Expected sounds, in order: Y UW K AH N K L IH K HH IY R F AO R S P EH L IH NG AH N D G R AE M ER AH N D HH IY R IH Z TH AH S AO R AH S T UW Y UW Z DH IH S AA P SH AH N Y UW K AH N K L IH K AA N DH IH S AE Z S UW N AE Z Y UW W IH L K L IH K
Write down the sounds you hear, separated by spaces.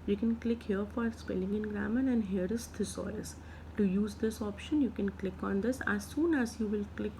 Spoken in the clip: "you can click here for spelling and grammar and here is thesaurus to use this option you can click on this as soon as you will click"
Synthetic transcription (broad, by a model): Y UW K AH N K L IH K HH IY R F AO R S P EH L IH NG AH N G R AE M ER AH N D HH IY R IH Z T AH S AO AH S T UW Y UW Z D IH S AA P SH AH N Y UW K AH N K L IH K AA N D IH S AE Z S UW N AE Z Y UW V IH L K L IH K